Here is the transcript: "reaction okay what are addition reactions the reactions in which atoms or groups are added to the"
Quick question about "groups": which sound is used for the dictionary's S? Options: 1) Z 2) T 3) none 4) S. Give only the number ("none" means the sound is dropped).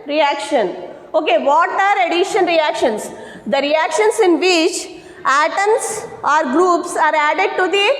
4